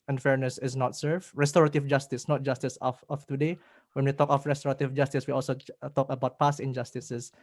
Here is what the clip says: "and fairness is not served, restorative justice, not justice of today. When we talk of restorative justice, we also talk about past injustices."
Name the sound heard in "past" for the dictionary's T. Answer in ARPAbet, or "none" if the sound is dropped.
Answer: none